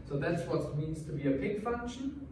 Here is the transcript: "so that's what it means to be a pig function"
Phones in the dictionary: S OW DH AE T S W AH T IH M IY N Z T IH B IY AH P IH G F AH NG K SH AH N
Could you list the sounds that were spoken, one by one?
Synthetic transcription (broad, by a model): S OW DH AE T S W AH T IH M IY N Z T IH B IY AH B IH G F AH NG K SH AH N